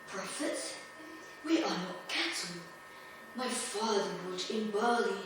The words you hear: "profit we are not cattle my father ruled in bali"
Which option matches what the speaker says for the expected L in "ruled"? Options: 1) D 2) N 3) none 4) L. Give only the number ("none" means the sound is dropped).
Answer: 3